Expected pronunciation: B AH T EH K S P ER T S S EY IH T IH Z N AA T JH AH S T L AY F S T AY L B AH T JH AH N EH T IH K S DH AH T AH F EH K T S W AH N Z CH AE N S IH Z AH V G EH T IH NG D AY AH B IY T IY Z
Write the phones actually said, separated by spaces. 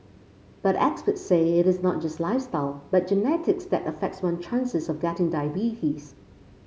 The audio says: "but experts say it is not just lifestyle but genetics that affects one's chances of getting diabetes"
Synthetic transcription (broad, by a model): B AH T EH K S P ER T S S EY IH T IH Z N AA T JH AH S T L AY F S T AY L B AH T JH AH N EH T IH K S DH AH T AH F EH K T S W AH N CH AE N S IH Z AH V G EH T IH NG D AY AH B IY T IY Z